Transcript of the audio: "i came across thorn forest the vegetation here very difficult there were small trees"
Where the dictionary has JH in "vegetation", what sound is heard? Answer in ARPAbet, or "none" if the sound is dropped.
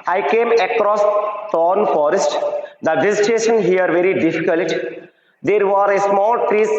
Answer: Z